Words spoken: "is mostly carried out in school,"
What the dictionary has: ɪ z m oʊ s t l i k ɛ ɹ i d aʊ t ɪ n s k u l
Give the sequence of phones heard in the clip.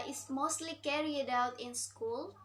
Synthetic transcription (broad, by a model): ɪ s m oʊ s t l i k ɛ ɹ i d aʊ t ɪ n s k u l